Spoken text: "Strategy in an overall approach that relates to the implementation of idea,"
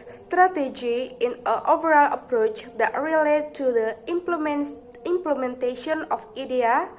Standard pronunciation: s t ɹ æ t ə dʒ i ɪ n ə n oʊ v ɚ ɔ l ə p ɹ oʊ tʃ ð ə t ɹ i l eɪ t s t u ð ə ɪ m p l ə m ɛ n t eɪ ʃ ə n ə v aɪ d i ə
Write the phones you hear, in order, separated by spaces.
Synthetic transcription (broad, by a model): s t ɹ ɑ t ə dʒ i ɪ n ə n oʊ v ɚ ɔ l ə p ɹ oʊ tʃ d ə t ɹ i l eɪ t t u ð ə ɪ m p l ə m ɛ n t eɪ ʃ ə n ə f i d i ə